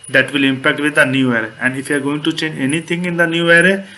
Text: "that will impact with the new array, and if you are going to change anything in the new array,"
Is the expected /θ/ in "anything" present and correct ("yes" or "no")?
no